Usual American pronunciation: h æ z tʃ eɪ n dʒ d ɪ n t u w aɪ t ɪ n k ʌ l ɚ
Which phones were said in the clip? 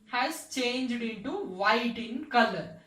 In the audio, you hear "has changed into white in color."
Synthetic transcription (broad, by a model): h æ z tʃ eɪ n dʒ d ɪ n t u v aɪ t ɪ n k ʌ l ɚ